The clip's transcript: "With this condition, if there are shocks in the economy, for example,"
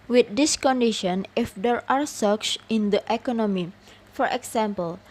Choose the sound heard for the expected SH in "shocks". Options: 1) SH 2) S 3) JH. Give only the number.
2